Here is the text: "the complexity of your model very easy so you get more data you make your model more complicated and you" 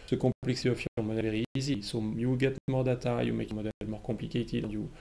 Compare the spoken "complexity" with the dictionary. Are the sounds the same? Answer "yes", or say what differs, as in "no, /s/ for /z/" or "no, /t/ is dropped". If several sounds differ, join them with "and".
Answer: no, /m/ is dropped